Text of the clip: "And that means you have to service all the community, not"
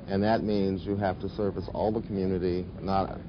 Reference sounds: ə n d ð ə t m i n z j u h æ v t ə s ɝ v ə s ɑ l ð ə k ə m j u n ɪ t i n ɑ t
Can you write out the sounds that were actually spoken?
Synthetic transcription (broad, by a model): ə n ð ə t m i n z j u h æ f t ə s ɝ v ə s ɑ l ð ə k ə m j u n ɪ t i n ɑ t